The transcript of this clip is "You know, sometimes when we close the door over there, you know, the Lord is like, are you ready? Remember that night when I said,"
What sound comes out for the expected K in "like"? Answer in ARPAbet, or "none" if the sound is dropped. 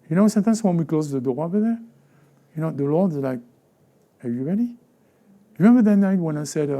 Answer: K